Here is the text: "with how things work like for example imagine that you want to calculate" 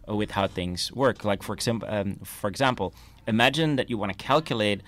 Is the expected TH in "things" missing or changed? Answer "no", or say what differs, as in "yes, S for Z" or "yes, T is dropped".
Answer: no